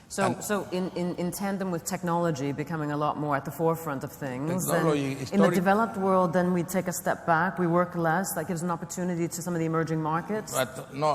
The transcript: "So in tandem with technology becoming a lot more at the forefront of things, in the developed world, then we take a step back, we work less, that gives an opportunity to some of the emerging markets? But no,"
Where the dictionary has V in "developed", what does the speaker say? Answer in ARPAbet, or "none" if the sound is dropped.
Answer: V